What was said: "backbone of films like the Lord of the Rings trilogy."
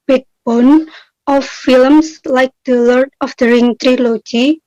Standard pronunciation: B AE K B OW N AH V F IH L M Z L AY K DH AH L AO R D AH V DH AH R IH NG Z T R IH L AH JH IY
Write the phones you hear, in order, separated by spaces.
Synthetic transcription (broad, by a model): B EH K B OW N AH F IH L M S L AY K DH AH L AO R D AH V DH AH R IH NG T R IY L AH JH IY